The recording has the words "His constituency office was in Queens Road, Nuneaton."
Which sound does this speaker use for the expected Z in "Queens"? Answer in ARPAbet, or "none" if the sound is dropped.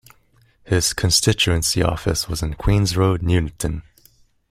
Z